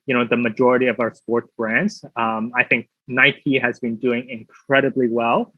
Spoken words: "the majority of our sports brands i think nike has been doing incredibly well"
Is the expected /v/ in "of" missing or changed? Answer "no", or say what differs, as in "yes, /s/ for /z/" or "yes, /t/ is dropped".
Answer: no